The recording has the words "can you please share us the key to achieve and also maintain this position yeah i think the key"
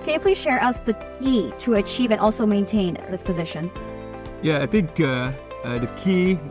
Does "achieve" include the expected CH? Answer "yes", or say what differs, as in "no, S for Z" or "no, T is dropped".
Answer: yes